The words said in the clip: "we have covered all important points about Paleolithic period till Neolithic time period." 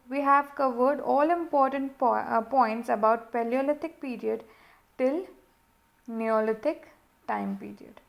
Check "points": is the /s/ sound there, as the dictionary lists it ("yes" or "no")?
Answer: yes